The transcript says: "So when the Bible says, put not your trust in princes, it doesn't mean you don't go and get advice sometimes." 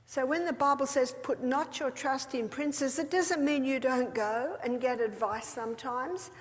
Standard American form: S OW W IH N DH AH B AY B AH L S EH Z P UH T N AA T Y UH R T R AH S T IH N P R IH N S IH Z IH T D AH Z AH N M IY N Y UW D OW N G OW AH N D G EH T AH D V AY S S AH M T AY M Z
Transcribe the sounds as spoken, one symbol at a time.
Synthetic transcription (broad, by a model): S OW W IH N DH AH B AY B L S EH Z P UH T N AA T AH R T R AH S T IH N P R IH N S IH Z IH T D AH Z AH N M IY N Y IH D OW N G OW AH N G EH T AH D V AY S S AH M T AY M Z